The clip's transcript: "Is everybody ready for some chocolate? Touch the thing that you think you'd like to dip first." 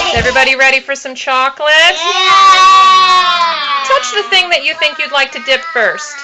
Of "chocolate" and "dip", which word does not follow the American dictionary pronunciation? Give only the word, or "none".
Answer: none